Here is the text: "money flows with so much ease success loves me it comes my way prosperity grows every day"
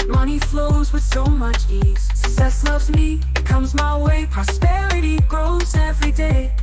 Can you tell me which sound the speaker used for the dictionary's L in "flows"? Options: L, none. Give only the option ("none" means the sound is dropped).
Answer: L